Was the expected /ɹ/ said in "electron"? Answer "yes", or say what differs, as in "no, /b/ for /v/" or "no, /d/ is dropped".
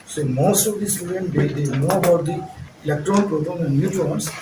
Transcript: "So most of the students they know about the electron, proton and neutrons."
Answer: yes